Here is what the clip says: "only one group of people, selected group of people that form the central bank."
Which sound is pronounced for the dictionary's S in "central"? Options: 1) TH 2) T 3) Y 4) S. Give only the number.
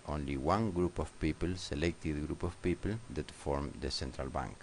4